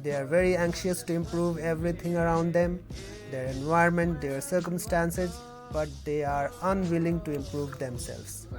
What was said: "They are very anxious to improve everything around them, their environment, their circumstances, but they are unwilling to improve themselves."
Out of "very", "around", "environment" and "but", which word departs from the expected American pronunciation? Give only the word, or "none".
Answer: environment